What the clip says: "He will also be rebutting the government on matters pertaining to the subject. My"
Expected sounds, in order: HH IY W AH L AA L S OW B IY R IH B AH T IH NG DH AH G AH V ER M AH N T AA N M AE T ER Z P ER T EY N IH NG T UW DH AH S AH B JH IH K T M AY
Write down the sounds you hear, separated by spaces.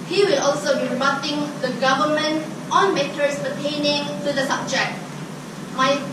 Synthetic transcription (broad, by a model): HH IY W AH L AA L S OW B IY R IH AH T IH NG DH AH G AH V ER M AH N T AA N M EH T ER S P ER T EY N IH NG T UW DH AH S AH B JH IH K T M AY